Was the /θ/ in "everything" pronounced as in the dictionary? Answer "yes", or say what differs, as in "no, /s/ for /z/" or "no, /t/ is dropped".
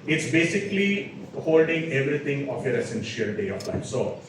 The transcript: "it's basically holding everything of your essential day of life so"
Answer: no, /t/ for /θ/